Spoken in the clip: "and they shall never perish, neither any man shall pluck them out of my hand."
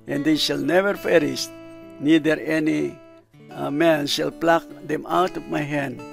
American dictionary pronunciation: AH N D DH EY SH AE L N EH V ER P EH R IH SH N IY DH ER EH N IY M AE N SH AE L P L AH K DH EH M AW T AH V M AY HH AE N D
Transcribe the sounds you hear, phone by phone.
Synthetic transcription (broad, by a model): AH N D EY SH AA L N EH V ER F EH R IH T N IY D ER EH N IY M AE N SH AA L P L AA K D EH M AW T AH P M AY HH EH N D